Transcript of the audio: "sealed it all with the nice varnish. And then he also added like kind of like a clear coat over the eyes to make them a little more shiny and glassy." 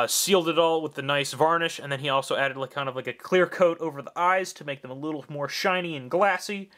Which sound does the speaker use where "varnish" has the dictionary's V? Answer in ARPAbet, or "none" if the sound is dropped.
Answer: V